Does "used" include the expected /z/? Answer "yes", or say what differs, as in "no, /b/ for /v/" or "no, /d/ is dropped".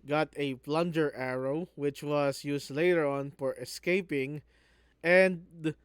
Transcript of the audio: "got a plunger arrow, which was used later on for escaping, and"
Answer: no, /s/ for /z/